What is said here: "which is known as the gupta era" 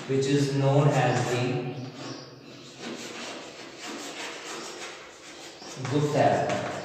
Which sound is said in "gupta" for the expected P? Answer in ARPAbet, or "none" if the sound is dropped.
none